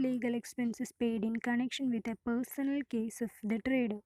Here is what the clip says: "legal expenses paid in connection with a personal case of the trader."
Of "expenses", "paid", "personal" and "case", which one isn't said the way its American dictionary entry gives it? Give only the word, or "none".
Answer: expenses